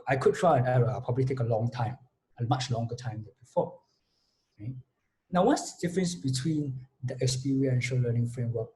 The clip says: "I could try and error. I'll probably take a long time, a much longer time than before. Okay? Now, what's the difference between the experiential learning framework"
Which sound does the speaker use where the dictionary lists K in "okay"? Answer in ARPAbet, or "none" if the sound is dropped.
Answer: none